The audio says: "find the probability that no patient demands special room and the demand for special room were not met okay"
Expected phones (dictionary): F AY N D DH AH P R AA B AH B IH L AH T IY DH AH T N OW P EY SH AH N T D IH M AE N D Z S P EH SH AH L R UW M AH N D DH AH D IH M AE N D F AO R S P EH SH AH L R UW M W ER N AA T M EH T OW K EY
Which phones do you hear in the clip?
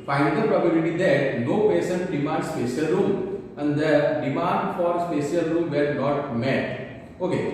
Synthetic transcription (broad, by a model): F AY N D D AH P R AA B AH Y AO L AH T IY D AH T N OW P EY S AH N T D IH M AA N D S P EH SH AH L R UW M AH N D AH D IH M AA N D F AO R S P EH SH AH L R UW M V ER N AA T M EH T OW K EY